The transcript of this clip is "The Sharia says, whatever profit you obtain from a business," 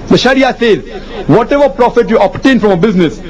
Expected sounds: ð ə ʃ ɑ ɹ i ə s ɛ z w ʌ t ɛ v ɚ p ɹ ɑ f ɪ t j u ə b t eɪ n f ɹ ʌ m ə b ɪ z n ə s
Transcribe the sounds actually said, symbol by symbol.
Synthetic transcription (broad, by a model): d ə ʃ ɑ ɹ i ə s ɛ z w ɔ t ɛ v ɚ p ɹ ɑ f ɪ t j u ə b t eɪ n f ɹ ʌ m ə b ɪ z n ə s